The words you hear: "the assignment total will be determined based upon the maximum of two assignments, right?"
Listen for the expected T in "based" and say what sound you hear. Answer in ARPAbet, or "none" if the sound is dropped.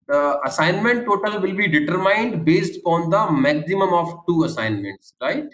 T